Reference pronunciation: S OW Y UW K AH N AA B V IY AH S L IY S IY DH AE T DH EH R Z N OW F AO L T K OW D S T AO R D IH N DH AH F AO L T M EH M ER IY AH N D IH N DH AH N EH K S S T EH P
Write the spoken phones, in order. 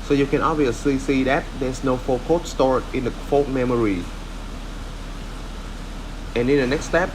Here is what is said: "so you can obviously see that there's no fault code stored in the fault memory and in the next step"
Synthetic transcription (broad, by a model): S OW Y UW K AH N AA B V IY AH S L IY S IY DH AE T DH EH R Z N OW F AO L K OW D S T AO R IH N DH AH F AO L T M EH M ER IY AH N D IH N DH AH N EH K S S T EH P